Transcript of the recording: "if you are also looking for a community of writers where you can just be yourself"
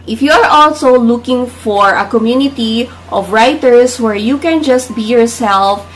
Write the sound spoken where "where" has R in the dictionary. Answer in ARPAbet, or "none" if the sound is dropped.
R